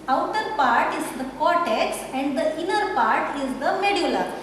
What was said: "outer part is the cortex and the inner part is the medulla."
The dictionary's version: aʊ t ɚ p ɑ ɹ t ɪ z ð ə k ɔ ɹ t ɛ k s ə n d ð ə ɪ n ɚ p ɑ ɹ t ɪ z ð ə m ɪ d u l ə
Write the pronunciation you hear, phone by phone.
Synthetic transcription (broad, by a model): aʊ t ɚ p ɑ ɹ t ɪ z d ə k ɔ ɹ t ɛ k s ə n d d ə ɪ n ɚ p ɑ ɹ t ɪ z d ə m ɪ d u l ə